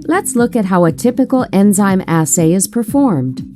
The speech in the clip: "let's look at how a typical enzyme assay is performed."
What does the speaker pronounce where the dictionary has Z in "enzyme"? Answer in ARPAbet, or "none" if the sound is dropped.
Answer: Z